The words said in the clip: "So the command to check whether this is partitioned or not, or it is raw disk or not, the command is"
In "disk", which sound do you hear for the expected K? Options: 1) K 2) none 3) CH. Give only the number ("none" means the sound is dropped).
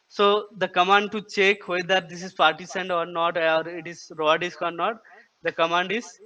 1